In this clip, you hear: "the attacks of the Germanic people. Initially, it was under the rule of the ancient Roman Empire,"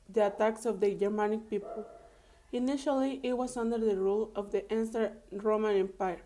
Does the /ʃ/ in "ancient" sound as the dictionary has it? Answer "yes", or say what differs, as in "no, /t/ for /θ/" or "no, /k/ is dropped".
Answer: no, /s/ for /ʃ/